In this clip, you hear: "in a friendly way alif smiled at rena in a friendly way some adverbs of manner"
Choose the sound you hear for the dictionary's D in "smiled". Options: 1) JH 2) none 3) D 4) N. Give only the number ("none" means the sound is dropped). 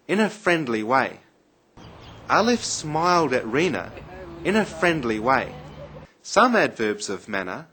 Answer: 3